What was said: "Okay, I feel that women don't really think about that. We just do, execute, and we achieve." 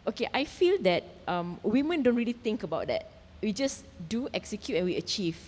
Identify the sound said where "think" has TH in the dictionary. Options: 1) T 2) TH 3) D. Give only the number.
1